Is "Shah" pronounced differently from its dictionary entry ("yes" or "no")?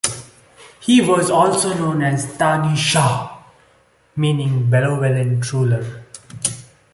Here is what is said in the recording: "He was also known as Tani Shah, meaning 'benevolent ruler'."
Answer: no